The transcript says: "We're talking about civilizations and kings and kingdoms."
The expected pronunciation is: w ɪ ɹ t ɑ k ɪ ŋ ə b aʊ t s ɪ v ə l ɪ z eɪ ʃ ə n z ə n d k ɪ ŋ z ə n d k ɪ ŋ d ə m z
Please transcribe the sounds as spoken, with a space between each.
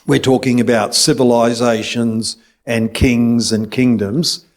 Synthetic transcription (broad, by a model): w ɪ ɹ t ɑ k ɪ ŋ ə b aʊ t s ɪ v ə l ɪ z eɪ ʃ ə n z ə n k ɪ ŋ z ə n k ɪ ŋ d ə m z